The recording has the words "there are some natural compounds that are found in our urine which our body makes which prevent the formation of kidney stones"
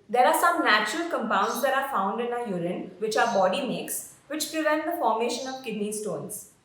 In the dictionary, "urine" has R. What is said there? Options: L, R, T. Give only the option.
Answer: R